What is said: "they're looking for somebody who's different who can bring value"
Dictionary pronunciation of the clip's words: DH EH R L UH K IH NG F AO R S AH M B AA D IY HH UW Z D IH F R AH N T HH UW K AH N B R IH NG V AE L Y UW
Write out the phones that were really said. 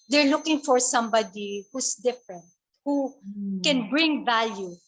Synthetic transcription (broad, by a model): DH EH R L UH K IH NG F AO R S AH M B AA D IY HH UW S D IH F R AH N T HH UW K AH N B R IH NG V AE L Y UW